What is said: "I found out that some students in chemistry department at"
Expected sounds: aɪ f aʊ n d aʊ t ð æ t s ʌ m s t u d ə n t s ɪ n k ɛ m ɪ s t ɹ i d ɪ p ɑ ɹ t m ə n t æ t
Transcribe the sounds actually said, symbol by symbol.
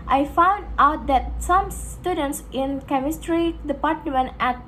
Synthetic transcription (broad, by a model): aɪ f aʊ n d aʊ t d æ t s ʌ m s t u d ə n t s ɪ n k ɛ m ɪ s t ɹ i d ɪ p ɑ ɹ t m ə n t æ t